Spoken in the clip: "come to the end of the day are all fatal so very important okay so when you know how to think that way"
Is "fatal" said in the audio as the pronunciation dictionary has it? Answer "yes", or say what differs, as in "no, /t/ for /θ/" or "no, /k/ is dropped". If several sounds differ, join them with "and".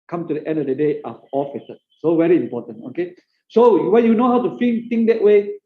no, /s/ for /t/